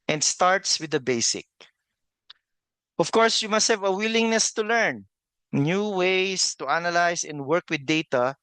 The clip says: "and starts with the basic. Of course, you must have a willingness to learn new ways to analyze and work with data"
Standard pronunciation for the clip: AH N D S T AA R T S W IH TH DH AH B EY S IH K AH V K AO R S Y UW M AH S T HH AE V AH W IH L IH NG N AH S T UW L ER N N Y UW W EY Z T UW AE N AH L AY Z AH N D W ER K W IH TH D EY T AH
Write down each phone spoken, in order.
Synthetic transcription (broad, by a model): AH N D S T AA R T S W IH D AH B EY S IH K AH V K AO R S Y UW M AH S T HH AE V AH W IH L IH NG N AH S T UW L ER N N Y UW W EY S T UW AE N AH L AY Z AH N D W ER K W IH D EY T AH